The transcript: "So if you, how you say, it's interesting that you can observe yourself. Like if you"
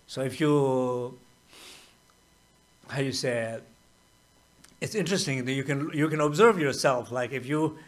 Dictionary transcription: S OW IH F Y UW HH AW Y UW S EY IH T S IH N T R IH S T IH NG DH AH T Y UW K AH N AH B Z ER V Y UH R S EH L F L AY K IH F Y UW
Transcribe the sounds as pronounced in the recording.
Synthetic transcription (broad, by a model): S OW IH F Y UW HH AW Y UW S EY IH T S IH N T R IH S T IH NG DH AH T Y UW K AH N AH B Z ER V Y UH R S EH L F L AY K IH F Y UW